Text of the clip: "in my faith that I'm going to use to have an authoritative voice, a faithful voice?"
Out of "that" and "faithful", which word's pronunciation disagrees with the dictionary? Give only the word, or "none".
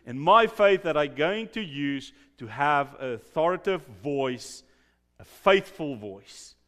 none